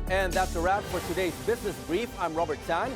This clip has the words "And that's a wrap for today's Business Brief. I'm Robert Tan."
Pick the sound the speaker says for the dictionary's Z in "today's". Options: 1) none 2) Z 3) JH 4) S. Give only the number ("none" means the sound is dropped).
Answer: 2